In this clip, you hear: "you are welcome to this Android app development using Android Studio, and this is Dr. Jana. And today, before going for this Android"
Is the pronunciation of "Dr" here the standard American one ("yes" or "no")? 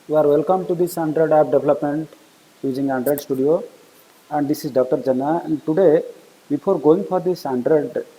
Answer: yes